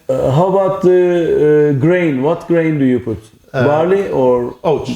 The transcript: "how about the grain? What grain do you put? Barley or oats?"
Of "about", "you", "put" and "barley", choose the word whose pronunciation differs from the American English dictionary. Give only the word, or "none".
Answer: none